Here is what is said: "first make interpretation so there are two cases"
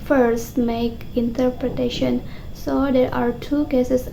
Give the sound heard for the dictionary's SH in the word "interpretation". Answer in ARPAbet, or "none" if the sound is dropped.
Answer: SH